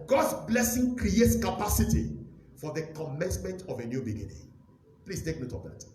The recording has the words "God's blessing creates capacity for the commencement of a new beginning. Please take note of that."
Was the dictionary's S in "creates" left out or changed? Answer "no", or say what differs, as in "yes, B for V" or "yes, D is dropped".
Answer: no